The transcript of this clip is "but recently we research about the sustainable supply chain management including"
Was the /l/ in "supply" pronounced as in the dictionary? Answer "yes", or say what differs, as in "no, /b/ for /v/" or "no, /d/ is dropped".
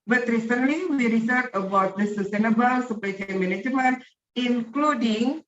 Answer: no, /l/ is dropped